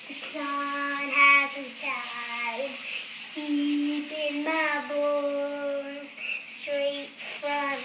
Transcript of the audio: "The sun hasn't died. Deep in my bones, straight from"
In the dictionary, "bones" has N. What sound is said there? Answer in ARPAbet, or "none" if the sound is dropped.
none